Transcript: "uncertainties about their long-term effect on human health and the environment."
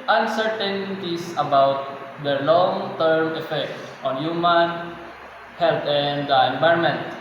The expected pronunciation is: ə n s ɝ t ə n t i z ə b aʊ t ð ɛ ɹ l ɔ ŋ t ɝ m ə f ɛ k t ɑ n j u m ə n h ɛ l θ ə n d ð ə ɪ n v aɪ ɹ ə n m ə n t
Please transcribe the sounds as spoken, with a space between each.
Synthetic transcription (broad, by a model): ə n s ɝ t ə n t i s ə b aʊ t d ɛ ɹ l ɔ ŋ t ɝ m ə f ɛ k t ɑ n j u m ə n h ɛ l t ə n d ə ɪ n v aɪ ɹ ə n m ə n t